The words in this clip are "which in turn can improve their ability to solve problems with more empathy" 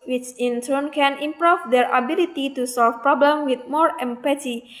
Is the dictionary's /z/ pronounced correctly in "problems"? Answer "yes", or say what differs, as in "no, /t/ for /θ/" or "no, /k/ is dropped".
no, /z/ is dropped